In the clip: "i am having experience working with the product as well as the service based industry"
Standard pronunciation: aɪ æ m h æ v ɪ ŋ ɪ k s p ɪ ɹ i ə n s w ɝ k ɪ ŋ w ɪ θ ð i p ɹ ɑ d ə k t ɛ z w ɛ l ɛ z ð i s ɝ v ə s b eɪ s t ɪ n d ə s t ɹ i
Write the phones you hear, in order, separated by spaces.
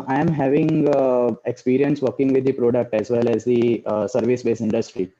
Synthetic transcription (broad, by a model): aɪ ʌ m h æ v ɪ ŋ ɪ k s p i ɹ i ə n s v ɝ k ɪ ŋ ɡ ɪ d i p ɹ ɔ d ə k t ɛ z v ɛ l ɛ z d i s ɝ v ə s b eɪ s ɪ n d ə s t ɹ i